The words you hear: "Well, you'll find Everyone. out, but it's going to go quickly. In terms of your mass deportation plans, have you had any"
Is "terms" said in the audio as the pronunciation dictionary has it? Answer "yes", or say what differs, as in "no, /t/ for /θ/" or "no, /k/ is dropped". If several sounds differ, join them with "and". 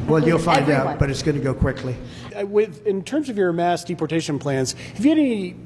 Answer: yes